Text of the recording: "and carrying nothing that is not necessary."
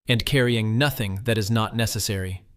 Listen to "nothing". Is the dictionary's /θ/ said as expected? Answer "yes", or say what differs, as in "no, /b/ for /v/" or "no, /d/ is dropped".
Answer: yes